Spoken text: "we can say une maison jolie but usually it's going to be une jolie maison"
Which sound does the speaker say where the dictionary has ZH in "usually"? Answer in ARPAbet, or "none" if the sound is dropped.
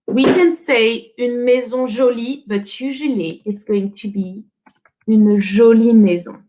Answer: ZH